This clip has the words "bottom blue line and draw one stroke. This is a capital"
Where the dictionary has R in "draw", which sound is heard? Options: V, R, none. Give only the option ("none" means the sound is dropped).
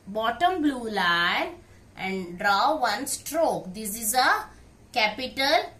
R